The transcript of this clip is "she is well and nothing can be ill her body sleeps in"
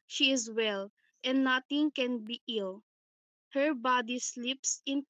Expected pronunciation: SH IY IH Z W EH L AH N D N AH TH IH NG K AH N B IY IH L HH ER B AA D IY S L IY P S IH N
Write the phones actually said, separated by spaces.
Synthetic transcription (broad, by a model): SH IY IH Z W EH L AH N N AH T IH NG K AH N B IY IH L HH ER B AA D IY S L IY P S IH N